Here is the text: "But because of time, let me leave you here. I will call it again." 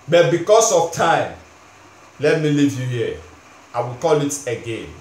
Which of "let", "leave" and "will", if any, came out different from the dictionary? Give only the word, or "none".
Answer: none